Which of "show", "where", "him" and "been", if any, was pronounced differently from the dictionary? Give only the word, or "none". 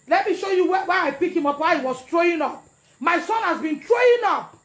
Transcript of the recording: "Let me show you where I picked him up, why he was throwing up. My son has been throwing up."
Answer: where